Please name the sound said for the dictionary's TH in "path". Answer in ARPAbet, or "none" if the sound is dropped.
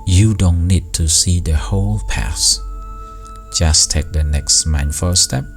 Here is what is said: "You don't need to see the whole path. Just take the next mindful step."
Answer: S